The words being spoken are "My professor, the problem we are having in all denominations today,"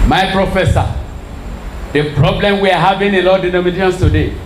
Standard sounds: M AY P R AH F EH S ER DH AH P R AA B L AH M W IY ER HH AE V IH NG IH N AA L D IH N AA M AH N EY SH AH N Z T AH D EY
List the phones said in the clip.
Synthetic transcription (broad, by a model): M AY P R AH F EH S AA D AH P R AA B L AH M W IY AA HH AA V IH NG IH L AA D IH N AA M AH N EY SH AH N S T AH D EY